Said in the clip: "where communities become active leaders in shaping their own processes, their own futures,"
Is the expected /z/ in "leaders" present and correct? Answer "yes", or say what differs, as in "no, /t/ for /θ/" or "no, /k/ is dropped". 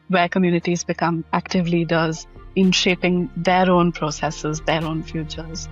yes